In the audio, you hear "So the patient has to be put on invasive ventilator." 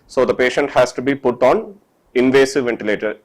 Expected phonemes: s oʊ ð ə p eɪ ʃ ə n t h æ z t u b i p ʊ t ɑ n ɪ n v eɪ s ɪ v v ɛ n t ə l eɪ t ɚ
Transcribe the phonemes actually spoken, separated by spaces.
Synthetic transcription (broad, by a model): s oʊ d ə p eɪ ʃ ə n t h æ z t u b i p ʊ t ɑ n ɪ n v eɪ s ɪ v v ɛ n t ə l eɪ t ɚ